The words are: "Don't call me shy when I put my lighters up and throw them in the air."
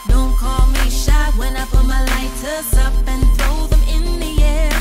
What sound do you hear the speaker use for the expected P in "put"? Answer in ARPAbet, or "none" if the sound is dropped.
F